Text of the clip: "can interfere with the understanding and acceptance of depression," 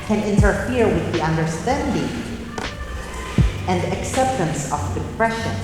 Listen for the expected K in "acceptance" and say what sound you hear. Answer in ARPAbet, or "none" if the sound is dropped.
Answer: K